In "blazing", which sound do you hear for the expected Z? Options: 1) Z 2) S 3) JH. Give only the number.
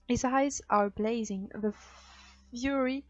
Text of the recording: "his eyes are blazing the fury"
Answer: 1